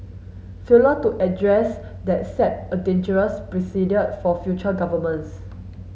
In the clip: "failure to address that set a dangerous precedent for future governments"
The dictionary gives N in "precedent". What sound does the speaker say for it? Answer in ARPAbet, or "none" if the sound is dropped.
none